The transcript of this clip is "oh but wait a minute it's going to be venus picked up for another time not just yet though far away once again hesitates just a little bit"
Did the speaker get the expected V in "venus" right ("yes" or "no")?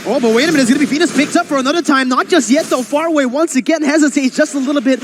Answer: no